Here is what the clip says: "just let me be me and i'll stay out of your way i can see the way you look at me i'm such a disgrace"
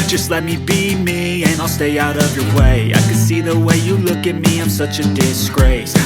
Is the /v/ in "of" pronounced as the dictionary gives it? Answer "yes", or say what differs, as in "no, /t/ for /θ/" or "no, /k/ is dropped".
yes